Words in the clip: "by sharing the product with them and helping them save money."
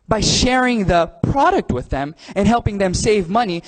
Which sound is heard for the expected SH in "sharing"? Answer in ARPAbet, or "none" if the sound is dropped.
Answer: SH